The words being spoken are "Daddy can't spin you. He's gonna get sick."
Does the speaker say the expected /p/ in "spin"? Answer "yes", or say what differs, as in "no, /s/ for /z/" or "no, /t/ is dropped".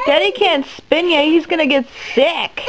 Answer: yes